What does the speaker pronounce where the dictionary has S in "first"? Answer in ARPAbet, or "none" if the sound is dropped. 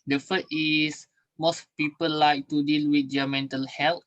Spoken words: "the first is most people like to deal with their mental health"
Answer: none